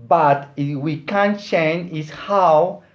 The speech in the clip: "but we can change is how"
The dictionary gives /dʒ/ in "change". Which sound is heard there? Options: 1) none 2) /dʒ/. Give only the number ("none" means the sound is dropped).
1